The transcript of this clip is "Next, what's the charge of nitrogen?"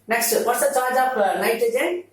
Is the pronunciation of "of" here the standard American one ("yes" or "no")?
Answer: no